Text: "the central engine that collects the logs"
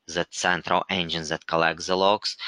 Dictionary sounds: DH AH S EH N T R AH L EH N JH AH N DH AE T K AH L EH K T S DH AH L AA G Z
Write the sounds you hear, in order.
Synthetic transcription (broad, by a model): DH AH S EH N T R AH L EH N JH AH N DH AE T K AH L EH K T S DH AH L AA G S